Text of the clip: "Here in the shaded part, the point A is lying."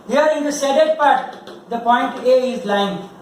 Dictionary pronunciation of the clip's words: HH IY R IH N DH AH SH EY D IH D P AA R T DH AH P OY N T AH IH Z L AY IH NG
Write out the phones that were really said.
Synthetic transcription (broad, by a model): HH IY R IH N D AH S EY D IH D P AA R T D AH P OY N T AH IH Z L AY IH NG